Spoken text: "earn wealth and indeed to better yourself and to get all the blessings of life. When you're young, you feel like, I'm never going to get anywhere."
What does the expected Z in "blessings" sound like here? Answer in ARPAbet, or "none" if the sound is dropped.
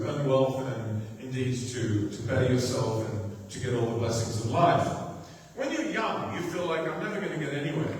Z